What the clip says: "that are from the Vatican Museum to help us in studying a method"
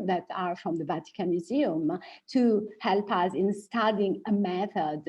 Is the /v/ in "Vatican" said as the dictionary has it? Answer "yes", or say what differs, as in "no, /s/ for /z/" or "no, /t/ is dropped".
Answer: yes